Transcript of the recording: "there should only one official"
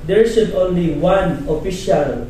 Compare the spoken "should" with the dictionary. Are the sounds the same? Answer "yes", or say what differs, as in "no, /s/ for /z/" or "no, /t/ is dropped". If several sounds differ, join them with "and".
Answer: no, /s/ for /ʃ/